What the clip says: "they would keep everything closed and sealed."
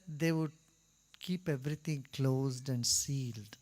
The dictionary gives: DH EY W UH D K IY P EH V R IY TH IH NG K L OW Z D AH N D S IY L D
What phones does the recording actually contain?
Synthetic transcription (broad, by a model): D EY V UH D K IY P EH V R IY T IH NG K L OW Z D AH N D S IY L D